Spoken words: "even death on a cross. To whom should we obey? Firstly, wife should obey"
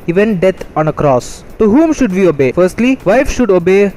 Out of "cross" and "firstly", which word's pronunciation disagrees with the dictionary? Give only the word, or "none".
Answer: none